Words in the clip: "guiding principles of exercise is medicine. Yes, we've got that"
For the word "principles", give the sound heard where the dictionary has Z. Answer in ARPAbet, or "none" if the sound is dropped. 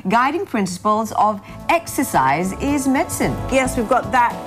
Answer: Z